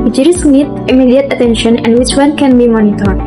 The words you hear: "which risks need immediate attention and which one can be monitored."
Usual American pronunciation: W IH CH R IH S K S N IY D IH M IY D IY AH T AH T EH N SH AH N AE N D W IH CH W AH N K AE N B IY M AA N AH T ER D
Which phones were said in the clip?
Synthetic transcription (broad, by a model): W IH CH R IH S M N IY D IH M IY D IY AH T AH T EH N SH AH N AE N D W IH CH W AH N K AE N B IY M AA N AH T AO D